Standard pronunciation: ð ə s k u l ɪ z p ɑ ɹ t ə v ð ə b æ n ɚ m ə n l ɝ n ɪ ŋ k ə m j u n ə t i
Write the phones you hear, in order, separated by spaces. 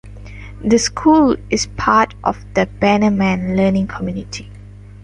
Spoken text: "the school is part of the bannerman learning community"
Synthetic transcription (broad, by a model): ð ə s k u l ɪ s p ɑ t t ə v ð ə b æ n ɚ m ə n l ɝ n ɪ ŋ k ə m j u n ə t i